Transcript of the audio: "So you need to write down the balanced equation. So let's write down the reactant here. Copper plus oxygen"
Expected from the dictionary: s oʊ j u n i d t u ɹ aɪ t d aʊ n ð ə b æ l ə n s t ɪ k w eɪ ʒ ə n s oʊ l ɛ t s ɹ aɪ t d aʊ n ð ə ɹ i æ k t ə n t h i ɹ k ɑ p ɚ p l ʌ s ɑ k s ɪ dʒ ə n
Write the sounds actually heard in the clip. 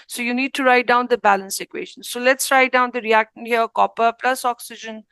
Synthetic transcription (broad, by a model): s oʊ j u n i d t u ɹ aɪ t d aʊ n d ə b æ l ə n s ɪ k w eɪ ʃ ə n s oʊ l ɛ t s ɹ aɪ t d aʊ n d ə ɹ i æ k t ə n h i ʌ k ɑ p ɚ p l ʌ s ɑ k s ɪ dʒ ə n